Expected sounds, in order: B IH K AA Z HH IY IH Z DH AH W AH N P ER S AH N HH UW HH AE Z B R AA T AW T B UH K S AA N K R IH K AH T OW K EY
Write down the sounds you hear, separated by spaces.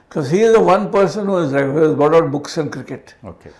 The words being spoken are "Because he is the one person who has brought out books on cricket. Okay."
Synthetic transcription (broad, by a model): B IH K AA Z HH IY IH Z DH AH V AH N P ER S AH N HH UW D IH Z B AA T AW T B UH K S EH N K R IH K AH T OW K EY